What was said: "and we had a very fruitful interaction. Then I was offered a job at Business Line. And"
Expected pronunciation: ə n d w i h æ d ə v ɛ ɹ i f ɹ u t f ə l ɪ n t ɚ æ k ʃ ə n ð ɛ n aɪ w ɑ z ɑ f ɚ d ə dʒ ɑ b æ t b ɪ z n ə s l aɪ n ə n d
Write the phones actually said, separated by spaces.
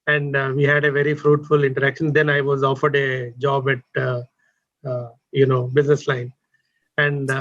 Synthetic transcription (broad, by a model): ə n d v i h æ d ə v ɛ ɹ i f ɹ u t f ə l ɪ n t ɚ æ k ʃ ə n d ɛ n aɪ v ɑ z ɑ f ɚ d ə dʒ ɑ b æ t b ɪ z n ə s l aɪ n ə n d